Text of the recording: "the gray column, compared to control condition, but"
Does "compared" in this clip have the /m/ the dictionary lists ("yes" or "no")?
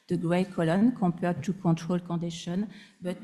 no